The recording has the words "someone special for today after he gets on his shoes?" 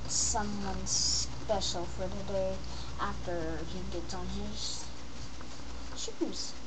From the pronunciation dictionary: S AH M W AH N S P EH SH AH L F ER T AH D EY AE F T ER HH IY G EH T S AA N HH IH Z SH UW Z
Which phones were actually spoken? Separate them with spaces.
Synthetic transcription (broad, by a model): S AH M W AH N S P EH SH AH L F ER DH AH D EY AE F T ER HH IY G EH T AA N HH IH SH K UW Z